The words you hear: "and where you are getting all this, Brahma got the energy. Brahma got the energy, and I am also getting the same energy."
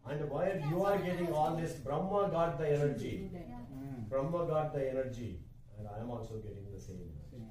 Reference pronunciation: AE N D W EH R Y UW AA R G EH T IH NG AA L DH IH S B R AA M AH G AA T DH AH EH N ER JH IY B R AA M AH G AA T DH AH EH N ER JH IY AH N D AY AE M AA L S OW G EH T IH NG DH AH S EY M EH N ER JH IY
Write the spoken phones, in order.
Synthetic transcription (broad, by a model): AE N D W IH L Y UW AA R G EH T IH NG AA L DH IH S B R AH M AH G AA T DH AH EH N ER JH IY B R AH M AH G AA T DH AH EH N ER JH IY AH N D AY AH M AA L S OW G EH T IH NG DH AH S EY M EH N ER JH IY